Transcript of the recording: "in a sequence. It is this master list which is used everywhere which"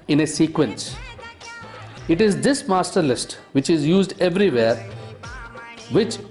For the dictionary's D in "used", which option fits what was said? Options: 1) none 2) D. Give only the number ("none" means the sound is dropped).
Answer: 2